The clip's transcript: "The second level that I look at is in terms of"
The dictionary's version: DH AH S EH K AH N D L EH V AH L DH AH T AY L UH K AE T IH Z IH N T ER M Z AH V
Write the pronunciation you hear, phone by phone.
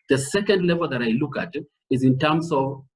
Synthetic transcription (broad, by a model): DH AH S EH K AH N D L EH V AH L DH AH T AY L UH K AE T IH Z IH N T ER M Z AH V